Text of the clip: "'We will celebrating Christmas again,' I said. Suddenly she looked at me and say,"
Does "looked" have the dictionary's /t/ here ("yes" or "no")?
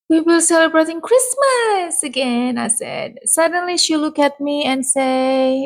no